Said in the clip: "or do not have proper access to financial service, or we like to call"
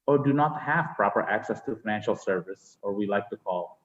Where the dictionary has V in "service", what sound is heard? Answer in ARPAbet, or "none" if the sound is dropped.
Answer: V